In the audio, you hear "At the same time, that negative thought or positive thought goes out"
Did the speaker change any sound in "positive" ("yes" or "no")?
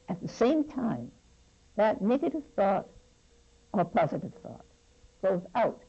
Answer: no